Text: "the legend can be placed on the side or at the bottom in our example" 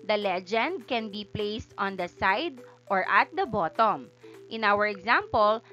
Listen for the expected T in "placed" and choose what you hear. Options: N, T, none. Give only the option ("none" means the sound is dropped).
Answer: T